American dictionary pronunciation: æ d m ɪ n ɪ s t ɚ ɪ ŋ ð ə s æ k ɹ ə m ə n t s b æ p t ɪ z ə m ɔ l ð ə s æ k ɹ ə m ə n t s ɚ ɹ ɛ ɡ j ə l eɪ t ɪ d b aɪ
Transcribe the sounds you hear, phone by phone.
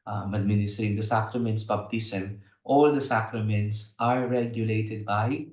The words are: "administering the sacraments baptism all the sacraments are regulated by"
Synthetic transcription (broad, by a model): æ d m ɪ n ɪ s t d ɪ ŋ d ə s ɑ k ɹ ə m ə n t s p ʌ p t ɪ s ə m ɔ l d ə s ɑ k ɹ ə m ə n t s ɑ ɹ ɛ ɡ j ə l eɪ t ɪ d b aɪ